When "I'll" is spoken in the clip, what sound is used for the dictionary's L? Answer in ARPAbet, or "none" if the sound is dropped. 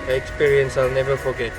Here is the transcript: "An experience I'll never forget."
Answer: L